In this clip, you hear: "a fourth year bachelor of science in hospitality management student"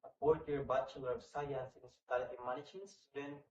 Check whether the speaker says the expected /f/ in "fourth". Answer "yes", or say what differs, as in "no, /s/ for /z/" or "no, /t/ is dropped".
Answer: no, /p/ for /f/